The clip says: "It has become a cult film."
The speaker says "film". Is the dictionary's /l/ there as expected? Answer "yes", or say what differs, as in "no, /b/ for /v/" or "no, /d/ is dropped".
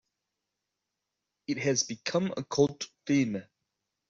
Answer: no, /l/ is dropped